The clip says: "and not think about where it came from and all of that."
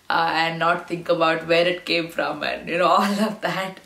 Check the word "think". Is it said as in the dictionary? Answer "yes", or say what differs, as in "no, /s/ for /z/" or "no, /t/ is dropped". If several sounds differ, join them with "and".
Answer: no, /t/ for /θ/